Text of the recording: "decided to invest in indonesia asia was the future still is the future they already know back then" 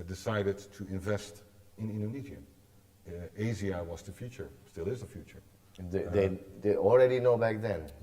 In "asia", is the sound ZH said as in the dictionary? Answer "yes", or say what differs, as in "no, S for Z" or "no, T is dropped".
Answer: no, Z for ZH